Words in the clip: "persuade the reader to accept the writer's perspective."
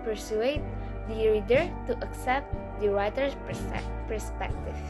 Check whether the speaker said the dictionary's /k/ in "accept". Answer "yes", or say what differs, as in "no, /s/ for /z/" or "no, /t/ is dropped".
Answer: yes